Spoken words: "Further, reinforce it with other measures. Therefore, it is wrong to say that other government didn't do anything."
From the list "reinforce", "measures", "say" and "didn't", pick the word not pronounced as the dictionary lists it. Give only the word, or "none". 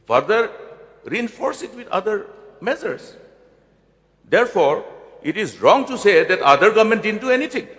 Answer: measures